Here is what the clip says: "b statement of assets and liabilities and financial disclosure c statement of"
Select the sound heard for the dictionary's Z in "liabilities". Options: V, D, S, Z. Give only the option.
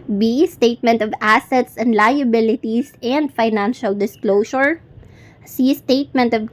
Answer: S